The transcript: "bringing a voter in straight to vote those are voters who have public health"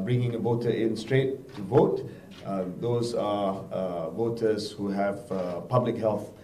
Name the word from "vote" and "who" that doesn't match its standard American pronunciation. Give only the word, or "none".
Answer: none